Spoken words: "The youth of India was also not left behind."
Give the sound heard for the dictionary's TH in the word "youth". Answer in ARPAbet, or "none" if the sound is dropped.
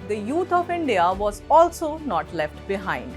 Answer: T